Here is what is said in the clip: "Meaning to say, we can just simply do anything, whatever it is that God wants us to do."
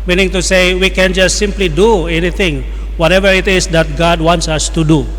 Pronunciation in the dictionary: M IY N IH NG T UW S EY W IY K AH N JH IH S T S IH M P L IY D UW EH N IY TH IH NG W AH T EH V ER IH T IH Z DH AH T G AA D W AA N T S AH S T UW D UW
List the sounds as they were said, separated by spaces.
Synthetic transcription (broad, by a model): M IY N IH NG T UW S EY W IY K AH N JH IH S T S IH M P L IY D UW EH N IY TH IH NG W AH T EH V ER IH T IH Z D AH T G AA D W AA N T S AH S T UW D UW